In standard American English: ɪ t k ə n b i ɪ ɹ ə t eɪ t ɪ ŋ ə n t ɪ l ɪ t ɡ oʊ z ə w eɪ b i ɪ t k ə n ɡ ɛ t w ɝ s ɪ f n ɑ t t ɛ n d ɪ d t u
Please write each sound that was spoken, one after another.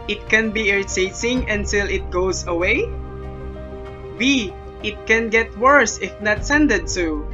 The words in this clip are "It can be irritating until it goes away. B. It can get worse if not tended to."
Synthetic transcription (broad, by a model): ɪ t k ə n b i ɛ ɹ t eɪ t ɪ ŋ ə n t ɪ l ɪ t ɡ oʊ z ə w eɪ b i ɪ t k ə n ɡ ɛ t w ɝ s ɪ f n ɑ t s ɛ n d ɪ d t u